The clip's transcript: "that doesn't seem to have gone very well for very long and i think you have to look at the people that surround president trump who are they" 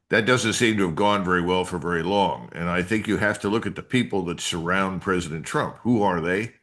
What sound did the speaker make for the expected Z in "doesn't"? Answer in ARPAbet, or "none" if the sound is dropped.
Z